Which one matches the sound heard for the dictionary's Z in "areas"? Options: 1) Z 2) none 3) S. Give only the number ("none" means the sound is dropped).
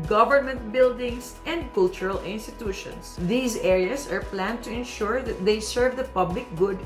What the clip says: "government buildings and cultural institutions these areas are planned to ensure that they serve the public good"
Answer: 3